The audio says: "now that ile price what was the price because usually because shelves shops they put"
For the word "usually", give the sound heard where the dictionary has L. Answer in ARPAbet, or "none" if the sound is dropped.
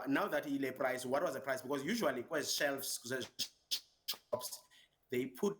none